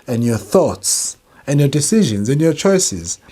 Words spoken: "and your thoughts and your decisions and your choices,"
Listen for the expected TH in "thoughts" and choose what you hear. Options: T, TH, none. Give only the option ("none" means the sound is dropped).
TH